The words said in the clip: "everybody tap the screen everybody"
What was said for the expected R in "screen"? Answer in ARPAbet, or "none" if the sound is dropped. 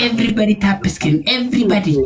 none